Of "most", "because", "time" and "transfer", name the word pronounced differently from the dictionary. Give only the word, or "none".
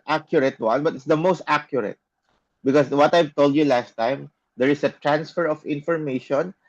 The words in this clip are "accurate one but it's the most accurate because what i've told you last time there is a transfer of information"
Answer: because